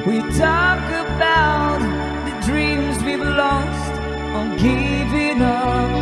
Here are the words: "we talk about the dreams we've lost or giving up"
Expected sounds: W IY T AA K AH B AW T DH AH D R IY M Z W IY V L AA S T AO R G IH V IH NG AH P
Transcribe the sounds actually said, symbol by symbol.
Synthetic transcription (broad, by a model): W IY T AA K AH B AW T DH AH D R IY M Z W IY B L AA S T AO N G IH V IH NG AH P